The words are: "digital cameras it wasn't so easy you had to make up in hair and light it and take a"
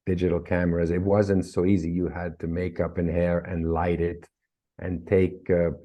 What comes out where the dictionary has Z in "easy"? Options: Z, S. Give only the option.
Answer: Z